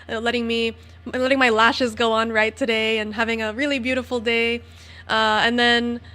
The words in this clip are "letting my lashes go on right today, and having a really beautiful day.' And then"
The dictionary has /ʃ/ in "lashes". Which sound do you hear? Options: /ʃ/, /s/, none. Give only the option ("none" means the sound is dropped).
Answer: /ʃ/